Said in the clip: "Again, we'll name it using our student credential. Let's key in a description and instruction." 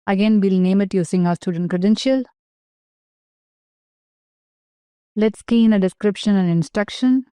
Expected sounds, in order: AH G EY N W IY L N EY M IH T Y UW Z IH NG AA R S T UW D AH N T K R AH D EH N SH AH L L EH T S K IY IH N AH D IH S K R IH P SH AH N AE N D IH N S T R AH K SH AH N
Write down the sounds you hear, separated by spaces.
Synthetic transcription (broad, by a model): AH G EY N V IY L N EY M IH T Y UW S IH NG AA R S T UW D AH N T K R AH D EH N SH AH L L EH T S K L IH N AH D IH S K R IH P SH AH N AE N D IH N S T R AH K SH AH N